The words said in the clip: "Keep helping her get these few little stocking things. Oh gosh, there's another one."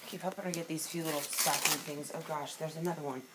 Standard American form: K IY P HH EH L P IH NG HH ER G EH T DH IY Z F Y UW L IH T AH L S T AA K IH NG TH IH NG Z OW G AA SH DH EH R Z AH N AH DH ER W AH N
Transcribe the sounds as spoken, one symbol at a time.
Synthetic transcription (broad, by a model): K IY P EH P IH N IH G EH T DH IY Z F Y UW L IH T L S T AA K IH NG TH IH NG Z OW G AA SH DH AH R Z AH N AH DH ER W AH N